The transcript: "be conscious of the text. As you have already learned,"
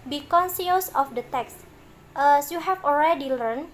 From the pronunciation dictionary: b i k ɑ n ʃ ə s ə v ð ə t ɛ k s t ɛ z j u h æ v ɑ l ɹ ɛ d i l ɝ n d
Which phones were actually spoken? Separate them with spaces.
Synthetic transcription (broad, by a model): b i k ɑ n s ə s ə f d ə t ɛ k s t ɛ s j u h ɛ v ɑ l ɹ ɛ d i l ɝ n